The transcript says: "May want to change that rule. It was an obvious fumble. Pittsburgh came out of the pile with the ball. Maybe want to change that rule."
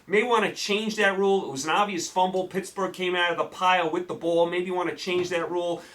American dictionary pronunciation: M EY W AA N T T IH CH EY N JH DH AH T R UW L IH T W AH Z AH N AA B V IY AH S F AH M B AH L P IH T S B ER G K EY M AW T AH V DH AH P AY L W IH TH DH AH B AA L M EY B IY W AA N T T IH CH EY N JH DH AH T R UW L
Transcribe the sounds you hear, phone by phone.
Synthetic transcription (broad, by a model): M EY W AA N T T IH CH EY N JH DH AH T R UW L IH T W AH Z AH N AA B V IY AH S F AH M B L P IH T S B ER G K EY M AW T AH V DH AH P AY L W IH DH AH B AA L M EY B IY W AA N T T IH CH EY N JH DH AH T R UW L